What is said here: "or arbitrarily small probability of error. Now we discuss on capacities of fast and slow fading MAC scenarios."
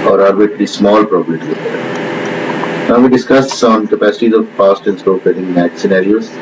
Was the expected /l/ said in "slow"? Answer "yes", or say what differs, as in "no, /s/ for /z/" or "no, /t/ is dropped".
no, /l/ is dropped